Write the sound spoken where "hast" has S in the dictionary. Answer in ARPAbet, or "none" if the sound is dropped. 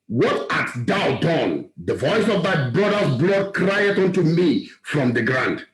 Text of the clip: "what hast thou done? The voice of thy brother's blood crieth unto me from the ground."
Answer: none